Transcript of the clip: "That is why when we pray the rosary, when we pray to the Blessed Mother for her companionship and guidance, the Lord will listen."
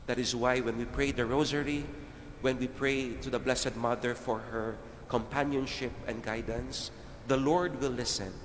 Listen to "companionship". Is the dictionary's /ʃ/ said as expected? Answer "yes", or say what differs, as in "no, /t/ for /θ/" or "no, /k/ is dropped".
yes